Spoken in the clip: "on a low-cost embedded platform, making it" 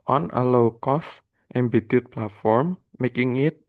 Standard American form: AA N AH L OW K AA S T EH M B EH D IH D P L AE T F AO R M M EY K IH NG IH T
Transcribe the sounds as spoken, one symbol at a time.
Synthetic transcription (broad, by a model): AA N AH L OW K AA S T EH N B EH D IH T P L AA T F AO R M M EY K IH NG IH T